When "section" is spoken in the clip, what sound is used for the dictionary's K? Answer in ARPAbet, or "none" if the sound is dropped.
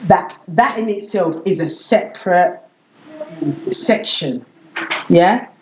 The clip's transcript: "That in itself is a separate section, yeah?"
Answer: K